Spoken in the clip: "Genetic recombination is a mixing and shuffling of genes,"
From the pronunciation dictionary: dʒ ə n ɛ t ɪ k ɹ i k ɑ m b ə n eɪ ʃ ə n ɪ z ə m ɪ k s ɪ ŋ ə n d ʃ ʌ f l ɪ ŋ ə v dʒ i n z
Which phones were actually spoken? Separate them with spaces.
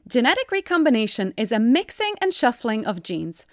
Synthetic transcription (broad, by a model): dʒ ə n ɛ t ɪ k ɹ i k ɑ m b ə n eɪ ʃ ə n ɪ z ə m ɪ k s ɪ ŋ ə n ʃ ʌ f l ɪ ŋ ə v dʒ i n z